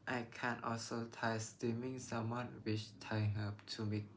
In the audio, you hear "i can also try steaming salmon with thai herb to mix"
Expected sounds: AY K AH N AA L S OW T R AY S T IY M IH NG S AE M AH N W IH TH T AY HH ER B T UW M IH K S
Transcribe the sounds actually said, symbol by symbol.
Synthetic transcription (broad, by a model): AY K AH N AA L S OW T AY S T IY M IH NG S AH M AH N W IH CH T AY HH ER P T UW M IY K